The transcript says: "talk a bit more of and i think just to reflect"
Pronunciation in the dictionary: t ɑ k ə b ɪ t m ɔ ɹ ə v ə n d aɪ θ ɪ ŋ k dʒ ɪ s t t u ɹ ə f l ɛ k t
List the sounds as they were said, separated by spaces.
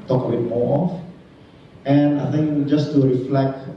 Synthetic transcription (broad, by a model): t ɑ k ə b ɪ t m ɔ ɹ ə f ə n aɪ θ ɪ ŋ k dʒ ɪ s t t u ɹ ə f l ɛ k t